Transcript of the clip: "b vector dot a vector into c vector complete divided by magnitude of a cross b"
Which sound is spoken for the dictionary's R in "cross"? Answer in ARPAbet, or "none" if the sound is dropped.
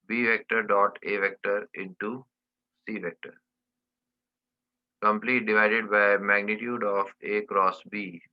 R